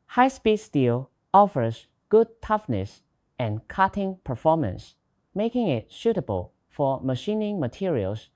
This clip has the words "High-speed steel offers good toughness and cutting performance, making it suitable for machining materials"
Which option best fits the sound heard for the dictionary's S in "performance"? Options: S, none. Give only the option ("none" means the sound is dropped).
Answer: S